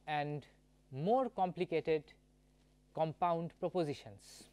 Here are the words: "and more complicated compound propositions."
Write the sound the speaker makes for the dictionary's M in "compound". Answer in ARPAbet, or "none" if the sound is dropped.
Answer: M